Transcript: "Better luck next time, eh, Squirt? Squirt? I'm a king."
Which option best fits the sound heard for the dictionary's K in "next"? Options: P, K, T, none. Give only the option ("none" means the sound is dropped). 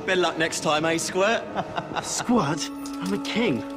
K